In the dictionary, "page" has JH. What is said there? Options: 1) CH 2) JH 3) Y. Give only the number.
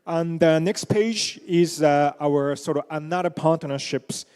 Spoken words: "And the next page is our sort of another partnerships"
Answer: 2